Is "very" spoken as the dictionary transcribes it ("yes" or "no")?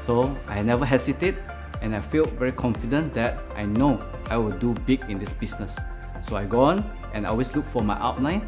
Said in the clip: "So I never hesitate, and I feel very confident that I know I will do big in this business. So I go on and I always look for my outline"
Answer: yes